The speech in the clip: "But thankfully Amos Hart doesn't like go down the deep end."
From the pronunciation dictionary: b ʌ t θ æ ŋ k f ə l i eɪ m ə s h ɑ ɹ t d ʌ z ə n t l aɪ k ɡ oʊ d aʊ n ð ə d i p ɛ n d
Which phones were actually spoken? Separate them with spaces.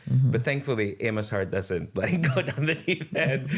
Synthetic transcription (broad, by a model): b ʌ t θ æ ŋ k f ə l i eɪ m ə s h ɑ ɹ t d ʌ z ə n t l aɪ k ɡ oʊ d aʊ n ð ə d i f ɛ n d